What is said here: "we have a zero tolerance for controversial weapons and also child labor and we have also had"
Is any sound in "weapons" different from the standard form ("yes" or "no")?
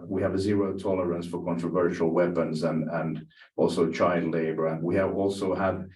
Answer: no